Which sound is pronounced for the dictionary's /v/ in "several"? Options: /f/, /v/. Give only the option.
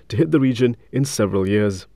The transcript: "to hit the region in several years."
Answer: /v/